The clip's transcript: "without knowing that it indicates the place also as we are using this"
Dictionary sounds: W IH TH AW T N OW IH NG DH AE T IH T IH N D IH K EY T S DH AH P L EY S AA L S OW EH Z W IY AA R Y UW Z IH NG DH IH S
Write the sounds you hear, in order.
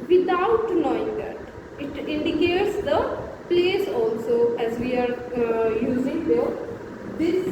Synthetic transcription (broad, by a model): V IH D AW T N OW IH NG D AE T IH T IH N D IH K EY T S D AH P L EY S AA L S OW EH Z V IY AA R Y UW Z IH NG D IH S